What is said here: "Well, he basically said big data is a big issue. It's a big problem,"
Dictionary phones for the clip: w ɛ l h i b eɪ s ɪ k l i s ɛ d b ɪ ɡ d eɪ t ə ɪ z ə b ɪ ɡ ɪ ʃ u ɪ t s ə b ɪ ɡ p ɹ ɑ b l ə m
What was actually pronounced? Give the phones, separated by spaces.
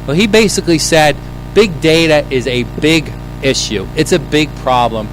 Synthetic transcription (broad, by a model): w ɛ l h i b eɪ s ɪ k l i s ɛ d b ɪ ɡ d eɪ t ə ɪ z ə b ɪ ɡ ɪ ʃ u ɪ t s ə b ɪ ɡ p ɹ ɑ b l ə m